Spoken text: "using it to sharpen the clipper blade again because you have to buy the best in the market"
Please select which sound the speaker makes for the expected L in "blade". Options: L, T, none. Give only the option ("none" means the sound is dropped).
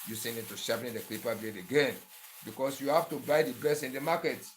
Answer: none